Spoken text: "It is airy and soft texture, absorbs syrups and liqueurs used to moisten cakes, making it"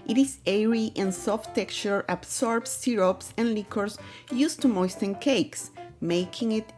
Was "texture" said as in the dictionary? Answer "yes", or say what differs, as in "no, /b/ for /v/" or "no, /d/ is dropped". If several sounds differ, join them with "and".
no, /s/ is dropped